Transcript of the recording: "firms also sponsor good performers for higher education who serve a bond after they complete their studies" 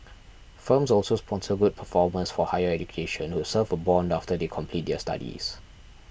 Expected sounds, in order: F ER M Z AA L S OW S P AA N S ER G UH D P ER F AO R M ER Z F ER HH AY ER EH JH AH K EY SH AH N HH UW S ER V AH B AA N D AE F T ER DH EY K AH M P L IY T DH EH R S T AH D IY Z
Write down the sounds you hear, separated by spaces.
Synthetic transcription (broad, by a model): F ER M S AA L S OW S P AA N S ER G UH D P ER F AO M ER S F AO HH AY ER EH JH AH K EY SH AH N HH UW S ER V AH B AA N D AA F T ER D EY K AH M P L IY T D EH S T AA D IY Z